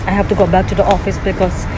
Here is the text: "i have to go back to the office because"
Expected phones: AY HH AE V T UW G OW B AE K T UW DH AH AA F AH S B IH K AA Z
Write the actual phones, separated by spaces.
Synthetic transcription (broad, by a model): AY HH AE F T UW G OW B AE K T UW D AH AA F AH S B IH K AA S